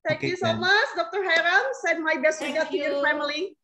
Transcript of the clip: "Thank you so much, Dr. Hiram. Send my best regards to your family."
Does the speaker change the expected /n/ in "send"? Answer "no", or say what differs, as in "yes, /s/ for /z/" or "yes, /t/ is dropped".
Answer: yes, /n/ is dropped